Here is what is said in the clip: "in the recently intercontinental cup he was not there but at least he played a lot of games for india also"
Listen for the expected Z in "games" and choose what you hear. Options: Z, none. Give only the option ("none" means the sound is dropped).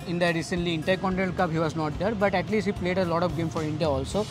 none